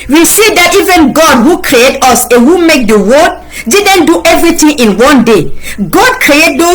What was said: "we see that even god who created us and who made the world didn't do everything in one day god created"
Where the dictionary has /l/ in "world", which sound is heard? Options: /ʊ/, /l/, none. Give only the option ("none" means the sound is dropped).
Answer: none